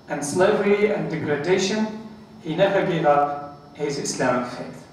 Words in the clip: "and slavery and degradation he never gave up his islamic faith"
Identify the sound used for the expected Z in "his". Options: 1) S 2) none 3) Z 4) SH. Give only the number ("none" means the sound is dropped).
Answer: 3